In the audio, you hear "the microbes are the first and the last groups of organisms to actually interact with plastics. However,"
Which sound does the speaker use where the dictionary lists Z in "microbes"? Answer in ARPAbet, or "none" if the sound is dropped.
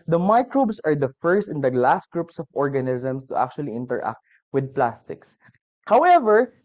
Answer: S